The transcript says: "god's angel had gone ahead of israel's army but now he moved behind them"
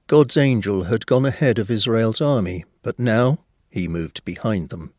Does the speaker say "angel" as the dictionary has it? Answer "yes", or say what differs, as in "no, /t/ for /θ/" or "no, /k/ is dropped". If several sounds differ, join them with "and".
yes